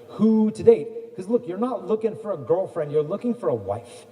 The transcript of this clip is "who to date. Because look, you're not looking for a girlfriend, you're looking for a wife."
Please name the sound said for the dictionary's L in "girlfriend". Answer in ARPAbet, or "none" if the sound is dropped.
L